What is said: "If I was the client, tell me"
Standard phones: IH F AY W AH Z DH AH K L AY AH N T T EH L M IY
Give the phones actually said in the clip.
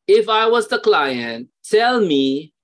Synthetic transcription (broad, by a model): IH F AY W AH Z DH AH K L AY AH N T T EH L M IY